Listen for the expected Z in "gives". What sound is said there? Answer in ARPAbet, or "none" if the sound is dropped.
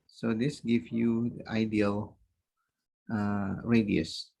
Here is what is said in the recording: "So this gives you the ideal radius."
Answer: none